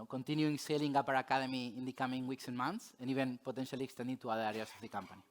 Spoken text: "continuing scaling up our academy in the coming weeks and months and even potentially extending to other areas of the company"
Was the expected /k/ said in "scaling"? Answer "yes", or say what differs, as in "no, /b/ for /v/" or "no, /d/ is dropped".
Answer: no, /k/ is dropped